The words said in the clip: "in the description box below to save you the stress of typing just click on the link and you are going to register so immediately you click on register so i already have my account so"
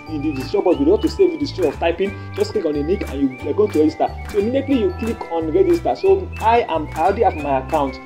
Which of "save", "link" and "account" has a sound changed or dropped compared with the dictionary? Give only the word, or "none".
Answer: link